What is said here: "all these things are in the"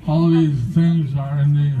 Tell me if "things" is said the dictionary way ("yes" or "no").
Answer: yes